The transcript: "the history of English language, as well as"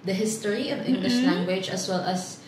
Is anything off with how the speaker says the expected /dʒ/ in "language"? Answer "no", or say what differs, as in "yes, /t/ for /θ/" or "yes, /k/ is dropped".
no